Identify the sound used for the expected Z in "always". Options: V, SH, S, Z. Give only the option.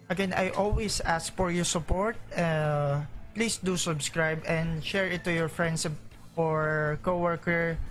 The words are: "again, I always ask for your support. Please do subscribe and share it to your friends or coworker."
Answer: S